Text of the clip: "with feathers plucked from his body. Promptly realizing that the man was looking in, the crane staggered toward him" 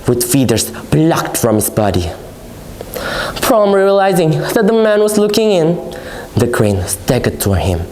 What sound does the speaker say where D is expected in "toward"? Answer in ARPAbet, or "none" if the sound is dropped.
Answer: none